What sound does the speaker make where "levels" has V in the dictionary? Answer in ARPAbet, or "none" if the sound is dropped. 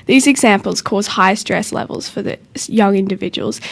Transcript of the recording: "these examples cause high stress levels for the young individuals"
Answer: V